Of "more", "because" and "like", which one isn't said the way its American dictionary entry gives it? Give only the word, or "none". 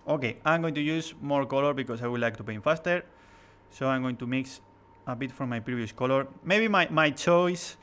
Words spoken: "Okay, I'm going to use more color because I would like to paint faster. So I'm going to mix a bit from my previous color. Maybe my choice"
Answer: because